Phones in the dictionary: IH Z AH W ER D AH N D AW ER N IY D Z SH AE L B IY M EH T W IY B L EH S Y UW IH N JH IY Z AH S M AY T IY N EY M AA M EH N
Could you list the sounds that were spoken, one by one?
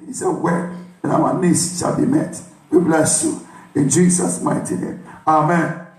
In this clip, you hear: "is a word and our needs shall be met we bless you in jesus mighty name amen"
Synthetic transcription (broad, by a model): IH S AH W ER AH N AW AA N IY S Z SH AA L B IY M EH T W IY B L EH S Y UW IH N JH IY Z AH S M AY T IY N EY M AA M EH N